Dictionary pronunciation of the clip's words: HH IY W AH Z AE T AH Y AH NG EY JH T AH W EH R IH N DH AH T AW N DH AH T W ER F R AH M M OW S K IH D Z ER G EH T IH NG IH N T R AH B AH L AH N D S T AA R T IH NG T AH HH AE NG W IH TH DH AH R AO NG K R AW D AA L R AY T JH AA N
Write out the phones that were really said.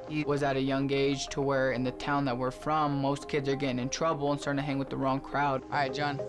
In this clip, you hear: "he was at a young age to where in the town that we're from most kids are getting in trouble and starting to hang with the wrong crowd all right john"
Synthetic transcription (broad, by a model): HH IY W AH Z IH T AH Y AH NG EY JH T AH W EH R IH N DH AH T AW N DH AH T W ER F R AH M M OW S K IH D Z ER G EH T IH NG IH N T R AH B L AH N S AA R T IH HH AE NG W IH DH AH R AO NG K R AW D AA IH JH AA N